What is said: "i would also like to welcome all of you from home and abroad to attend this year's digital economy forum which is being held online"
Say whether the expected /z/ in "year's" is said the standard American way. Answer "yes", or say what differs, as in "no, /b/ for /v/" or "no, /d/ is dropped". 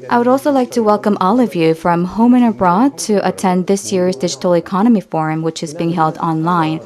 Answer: yes